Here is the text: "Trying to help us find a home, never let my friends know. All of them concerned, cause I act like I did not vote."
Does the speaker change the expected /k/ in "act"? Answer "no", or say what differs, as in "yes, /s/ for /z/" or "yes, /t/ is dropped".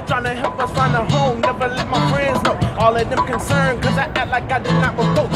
yes, /k/ is dropped